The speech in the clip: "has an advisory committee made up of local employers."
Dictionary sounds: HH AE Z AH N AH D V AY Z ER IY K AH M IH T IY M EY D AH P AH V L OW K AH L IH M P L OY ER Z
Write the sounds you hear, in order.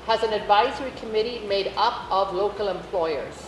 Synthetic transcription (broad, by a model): HH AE Z AH N AH D V AY Z ER IY K AH M IH T IY M EY D AH P AH V L OW K AH L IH M P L OY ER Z